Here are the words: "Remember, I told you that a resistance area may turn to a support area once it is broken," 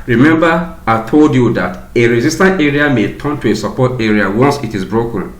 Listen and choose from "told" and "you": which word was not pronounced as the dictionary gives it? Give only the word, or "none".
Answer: none